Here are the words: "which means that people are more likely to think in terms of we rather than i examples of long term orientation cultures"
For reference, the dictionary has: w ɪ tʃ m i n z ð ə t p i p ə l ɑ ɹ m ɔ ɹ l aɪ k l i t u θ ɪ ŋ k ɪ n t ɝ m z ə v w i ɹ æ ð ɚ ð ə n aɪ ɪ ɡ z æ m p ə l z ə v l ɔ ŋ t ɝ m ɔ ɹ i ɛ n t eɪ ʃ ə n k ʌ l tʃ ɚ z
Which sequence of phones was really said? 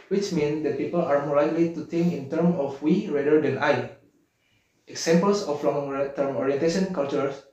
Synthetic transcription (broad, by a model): w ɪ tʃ m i n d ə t p i p ə l ɑ ɹ m ɔ ɹ l aɪ k l i t u t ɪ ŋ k ɪ n t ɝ m ə f w i ɹ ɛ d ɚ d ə n aɪ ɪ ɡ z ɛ m p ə l s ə f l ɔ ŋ t ɝ m ɔ ɹ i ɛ n t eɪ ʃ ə n k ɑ l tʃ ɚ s